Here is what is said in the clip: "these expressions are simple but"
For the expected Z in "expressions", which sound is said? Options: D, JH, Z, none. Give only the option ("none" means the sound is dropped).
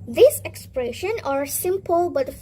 none